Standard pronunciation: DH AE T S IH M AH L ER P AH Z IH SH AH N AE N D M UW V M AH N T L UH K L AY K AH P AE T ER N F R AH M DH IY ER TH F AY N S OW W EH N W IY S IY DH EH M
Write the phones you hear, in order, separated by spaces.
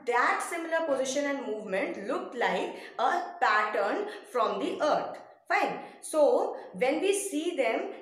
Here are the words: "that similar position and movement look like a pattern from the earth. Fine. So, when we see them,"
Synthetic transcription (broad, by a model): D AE T S IH M AH L ER P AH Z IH SH AH N AE N D M UW V M AH N T L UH K L AY K AH P AE T ER N F R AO M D IY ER T F AY N S OW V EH N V IY S IY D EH M